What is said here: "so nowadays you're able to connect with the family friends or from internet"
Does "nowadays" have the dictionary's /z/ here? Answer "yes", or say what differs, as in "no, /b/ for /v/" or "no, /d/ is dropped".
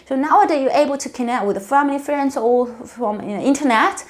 no, /z/ is dropped